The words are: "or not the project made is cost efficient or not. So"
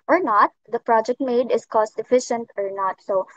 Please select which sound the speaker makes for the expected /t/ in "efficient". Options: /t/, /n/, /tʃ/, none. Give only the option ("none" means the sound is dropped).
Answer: /t/